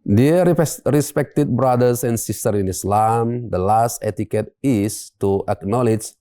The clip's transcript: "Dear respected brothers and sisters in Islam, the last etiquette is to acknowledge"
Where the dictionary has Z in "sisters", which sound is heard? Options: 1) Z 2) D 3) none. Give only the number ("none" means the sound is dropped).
3